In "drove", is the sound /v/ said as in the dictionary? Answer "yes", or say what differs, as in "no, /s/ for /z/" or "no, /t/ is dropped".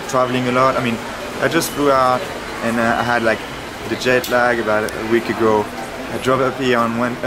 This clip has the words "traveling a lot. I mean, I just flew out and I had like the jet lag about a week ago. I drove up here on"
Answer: no, /p/ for /v/